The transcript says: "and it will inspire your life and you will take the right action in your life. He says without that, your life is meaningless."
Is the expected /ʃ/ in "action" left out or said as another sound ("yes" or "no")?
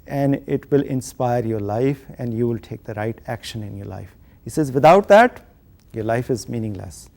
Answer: no